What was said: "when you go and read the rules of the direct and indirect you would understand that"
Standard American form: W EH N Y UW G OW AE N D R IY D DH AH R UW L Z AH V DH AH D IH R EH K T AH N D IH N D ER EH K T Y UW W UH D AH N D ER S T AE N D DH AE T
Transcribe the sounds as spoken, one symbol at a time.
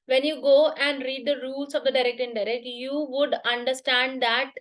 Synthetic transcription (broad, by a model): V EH N Y UW G OW AE N D R IY D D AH R UW L S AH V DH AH D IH R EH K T AH N D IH D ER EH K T Y UW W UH D AH N D ER S T AE N D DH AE T